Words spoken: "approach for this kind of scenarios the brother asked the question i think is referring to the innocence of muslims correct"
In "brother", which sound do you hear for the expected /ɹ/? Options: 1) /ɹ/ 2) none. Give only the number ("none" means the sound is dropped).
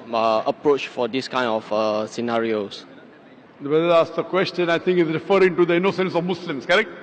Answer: 2